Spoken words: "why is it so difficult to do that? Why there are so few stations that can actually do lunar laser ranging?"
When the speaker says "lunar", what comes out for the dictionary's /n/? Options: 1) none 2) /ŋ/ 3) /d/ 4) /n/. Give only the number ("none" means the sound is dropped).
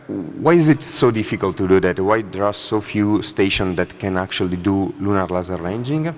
4